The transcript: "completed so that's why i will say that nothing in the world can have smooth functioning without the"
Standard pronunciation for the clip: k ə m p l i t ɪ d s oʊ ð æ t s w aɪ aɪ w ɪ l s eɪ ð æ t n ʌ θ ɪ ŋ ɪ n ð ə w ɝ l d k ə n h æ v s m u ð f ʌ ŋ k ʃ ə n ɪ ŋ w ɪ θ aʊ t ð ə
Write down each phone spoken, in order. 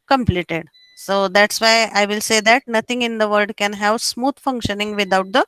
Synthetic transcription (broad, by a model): k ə m p l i t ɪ d s oʊ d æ t s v aɪ aɪ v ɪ l s eɪ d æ t n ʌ t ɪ ŋ ɪ n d ə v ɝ d k ə n h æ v s m u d f ʌ ŋ k ʃ ə n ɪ ŋ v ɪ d aʊ t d ə